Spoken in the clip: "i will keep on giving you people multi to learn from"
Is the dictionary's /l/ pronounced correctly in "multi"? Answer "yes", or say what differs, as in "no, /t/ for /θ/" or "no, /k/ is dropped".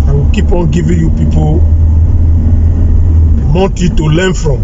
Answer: no, /n/ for /l/